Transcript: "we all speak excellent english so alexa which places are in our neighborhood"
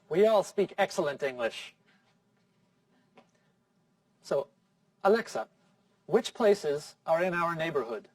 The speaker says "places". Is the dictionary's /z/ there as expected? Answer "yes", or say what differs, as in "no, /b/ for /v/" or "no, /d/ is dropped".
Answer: yes